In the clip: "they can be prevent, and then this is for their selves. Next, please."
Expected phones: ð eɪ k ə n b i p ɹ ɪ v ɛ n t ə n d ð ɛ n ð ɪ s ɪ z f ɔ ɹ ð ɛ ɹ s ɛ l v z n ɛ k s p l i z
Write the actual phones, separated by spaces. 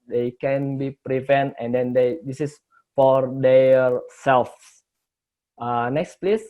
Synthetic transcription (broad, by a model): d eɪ k ə n b i p ɹ ɪ v ɛ n t ə n d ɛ n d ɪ s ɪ s f ɔ ɹ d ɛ ɹ s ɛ l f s n ɛ k s p l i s